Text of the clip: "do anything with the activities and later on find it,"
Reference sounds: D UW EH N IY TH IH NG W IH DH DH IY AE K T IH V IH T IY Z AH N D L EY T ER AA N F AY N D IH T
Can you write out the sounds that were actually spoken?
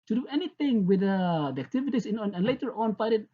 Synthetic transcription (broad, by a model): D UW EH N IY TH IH NG W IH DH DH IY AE K T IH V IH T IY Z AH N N L EY T ER AA N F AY D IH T